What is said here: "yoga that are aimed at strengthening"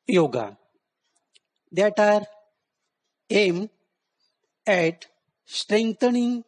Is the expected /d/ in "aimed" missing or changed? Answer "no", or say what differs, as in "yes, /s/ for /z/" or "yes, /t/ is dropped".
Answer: yes, /d/ is dropped